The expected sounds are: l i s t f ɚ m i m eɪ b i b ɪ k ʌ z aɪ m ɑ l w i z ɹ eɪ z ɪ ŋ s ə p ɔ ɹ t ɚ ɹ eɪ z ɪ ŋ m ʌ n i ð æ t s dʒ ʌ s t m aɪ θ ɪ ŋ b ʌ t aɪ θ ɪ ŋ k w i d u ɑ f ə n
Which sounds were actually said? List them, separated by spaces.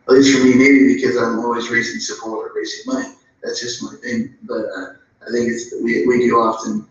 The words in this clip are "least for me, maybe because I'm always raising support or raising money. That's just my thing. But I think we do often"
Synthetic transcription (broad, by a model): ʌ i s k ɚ m i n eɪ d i b ɪ k ʌ z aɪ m ɑ l w i z ɹ eɪ z ɪ ŋ s ə p ɔ ɹ t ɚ ɹ eɪ z ɪ ŋ m ʌ n i ð æ t s dʒ ʌ s t m aɪ θ ɪ ŋ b ʌ t aɪ θ ɪ ŋ k w i d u ɑ f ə n